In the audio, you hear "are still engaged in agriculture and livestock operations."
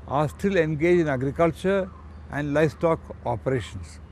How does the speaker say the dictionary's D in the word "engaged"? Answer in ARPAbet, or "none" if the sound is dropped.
none